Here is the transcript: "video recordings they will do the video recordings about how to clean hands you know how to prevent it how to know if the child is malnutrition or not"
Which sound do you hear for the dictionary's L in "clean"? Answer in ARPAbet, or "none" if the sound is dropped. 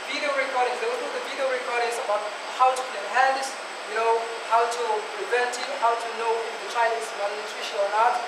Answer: none